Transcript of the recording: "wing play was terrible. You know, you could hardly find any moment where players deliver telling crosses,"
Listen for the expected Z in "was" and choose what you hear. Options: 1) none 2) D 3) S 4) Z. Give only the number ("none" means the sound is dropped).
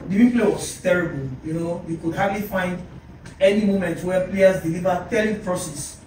3